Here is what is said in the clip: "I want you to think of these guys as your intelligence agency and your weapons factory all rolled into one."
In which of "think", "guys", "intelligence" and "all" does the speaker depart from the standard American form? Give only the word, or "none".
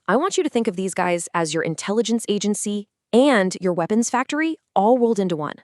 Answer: none